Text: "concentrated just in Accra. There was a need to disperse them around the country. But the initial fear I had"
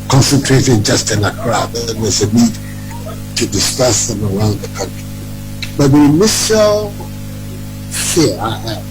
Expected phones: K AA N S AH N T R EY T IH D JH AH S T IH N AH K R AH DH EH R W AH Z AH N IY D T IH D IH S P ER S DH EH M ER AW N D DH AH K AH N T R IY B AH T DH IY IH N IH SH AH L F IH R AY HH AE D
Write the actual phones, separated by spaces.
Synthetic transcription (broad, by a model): K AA N S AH N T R EY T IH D JH AH S T IH N AH K R AH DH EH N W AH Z AH N IY D T IH D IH S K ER S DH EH M ER AW N D DH AH K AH N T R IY B AH T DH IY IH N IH S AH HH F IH AY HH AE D